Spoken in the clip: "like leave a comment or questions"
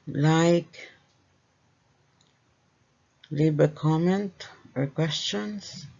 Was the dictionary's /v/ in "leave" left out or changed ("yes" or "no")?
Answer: yes